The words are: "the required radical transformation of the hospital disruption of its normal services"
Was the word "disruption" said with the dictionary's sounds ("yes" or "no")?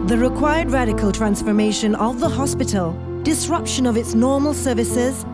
yes